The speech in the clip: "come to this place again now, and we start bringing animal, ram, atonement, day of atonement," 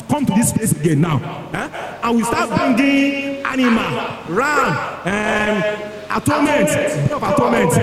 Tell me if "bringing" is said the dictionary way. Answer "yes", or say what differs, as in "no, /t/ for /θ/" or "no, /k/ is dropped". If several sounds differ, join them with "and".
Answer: no, /ɹ/ is dropped